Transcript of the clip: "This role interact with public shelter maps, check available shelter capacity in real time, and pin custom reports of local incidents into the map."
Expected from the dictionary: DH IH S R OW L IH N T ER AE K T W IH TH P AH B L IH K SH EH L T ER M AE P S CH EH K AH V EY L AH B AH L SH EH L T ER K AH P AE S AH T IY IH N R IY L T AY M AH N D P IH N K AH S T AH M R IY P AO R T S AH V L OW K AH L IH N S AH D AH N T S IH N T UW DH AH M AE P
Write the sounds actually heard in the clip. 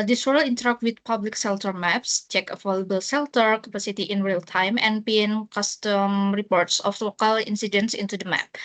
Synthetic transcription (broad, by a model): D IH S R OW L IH N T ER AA K T W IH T P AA B L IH K S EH L T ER M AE P S CH EH K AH F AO L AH B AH L S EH L T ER K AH P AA S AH T IY IH N R IY L T AY M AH N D P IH N K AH S T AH M R IY P AO R T S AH F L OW K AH L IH N S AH D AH N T S IH N T UW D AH M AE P